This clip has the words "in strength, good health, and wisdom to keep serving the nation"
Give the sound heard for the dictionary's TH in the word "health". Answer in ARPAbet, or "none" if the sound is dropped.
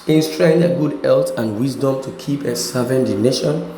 T